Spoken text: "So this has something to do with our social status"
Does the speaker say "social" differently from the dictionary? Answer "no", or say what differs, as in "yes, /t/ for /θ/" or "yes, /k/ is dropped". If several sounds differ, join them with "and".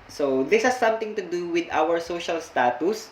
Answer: no